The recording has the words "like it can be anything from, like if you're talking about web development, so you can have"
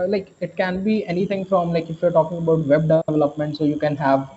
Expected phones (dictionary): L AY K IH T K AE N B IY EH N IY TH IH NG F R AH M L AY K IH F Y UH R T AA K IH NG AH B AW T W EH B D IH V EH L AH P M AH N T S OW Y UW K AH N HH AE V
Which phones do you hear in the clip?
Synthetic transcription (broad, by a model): L AY K IH T K AE N B IY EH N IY T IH NG F R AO M L AY K IH F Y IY R T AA K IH NG AH B AW T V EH B D IH V EH L AH P M AH N T S OW Y UW K AH N HH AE V